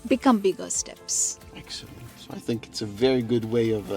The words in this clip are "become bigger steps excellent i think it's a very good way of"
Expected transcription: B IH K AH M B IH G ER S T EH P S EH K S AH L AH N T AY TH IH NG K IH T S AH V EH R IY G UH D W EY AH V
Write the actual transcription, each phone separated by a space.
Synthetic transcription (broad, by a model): B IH K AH M B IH G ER S T EH P S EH K S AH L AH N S AY TH IH NG K IH T S AH V EH R IY G UH D W EY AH V